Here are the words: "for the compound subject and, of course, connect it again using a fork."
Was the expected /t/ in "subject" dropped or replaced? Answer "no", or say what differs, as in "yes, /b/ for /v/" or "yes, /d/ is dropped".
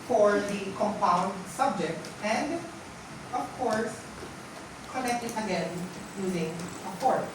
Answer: no